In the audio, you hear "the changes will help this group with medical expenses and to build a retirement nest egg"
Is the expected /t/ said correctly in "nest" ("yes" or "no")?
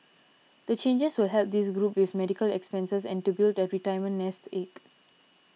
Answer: yes